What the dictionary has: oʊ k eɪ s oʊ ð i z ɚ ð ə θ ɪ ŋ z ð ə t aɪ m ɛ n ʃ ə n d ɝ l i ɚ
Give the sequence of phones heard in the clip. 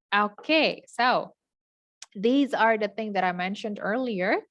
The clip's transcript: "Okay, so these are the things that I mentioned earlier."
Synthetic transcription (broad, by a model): oʊ k eɪ s oʊ ð i z ɚ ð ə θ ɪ ŋ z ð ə t aɪ m ɛ n ʃ ə n d ɝ l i ɚ